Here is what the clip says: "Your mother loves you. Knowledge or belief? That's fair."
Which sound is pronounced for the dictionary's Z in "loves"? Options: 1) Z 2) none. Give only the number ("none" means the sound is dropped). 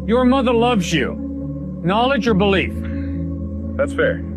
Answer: 1